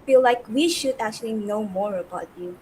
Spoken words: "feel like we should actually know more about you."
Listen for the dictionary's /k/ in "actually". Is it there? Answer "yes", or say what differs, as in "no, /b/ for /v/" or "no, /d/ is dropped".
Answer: yes